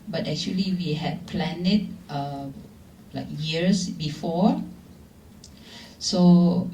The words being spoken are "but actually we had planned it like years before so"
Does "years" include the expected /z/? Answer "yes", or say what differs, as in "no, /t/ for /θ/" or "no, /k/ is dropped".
no, /s/ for /z/